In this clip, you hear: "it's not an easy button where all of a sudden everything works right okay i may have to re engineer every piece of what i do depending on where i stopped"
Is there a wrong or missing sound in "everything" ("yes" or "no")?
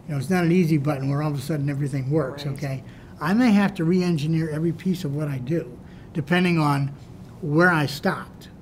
no